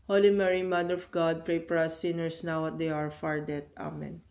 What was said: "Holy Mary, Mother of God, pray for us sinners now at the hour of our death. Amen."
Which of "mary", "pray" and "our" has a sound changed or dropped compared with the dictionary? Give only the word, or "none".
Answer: none